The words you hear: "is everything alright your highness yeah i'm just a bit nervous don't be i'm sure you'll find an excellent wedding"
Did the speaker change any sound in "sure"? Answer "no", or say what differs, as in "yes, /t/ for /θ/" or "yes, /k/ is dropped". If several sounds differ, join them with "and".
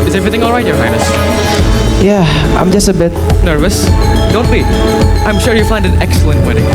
no